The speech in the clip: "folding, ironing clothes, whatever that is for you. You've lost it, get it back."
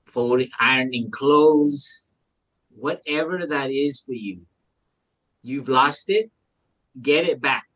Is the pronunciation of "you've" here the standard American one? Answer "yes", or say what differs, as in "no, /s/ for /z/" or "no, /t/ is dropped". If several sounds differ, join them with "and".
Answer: yes